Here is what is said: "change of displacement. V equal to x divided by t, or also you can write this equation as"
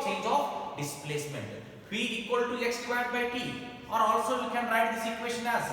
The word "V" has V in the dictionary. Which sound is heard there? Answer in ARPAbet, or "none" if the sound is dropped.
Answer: W